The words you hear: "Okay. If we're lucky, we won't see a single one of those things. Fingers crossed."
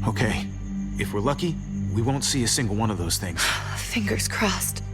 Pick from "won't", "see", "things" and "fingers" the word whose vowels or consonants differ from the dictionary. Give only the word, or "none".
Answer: none